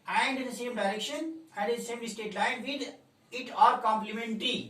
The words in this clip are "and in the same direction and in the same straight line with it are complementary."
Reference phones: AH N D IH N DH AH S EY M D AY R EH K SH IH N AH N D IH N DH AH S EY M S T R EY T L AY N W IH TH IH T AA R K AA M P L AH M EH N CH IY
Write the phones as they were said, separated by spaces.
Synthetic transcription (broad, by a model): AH N D IH N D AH S EY M D AY R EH K SH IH N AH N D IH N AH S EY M S T EY T L AY N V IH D IH T AA R K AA M P L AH M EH N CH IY